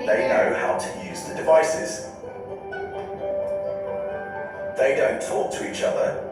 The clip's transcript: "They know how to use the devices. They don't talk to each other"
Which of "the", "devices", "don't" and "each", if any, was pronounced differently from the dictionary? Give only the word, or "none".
none